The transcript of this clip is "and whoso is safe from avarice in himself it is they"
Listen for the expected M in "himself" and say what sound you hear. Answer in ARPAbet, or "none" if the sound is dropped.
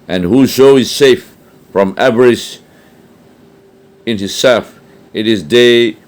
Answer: none